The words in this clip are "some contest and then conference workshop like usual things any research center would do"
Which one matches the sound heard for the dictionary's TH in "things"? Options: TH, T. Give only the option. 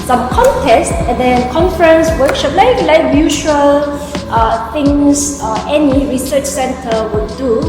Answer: T